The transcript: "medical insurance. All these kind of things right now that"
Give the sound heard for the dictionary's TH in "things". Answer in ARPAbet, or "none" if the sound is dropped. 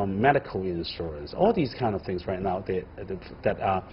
TH